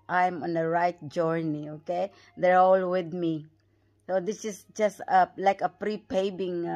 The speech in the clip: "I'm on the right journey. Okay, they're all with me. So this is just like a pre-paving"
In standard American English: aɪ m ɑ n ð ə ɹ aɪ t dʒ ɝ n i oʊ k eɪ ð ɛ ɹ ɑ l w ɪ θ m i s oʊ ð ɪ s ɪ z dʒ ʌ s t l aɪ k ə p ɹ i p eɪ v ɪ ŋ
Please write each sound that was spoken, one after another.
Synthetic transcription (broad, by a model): aɪ m ɑ n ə ɹ aɪ t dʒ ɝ n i oʊ k eɪ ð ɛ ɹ ɑ l w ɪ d m i s oʊ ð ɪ s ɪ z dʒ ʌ s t l aɪ k ə p ɹ i p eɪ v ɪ ŋ